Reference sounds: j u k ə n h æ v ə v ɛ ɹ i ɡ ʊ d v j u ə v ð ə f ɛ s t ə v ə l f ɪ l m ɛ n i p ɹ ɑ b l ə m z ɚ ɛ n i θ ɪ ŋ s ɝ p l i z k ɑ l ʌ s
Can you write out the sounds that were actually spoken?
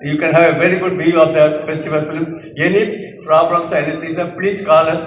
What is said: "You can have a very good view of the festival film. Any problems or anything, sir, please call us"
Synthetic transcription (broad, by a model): j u k ə n h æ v ə v ɛ ɹ i ɡ ʊ d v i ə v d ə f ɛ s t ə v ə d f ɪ l m ɛ n i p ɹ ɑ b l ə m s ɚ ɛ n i t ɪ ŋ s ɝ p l i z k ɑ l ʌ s